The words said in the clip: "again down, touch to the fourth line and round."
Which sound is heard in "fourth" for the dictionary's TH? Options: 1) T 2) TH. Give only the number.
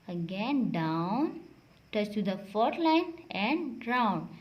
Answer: 1